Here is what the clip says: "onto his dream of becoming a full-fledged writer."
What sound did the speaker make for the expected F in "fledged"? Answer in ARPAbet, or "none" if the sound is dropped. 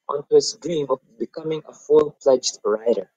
P